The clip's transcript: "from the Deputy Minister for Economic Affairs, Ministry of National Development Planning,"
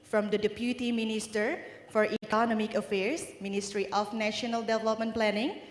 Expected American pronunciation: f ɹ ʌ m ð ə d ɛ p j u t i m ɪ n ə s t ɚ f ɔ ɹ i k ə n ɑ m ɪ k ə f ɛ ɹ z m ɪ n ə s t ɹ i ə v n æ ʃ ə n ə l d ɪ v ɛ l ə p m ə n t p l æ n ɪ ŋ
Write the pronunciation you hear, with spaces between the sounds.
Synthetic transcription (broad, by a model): f ɹ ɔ m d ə d ɛ p j u t i m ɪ n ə s t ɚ f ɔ ɹ i k ə n ɑ m ɪ k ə f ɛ ɹ s m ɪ n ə s t ɹ i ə f n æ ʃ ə n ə l d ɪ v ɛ l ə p m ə n p l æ n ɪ ŋ